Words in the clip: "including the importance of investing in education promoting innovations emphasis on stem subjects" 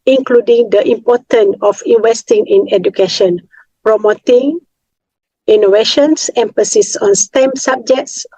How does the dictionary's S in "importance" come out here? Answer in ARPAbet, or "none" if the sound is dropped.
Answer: none